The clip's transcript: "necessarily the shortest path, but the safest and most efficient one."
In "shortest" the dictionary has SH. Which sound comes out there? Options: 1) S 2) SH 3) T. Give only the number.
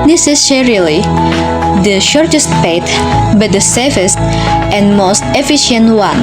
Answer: 2